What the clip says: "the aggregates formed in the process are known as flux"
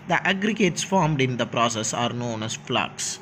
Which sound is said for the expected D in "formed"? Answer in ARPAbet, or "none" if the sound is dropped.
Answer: D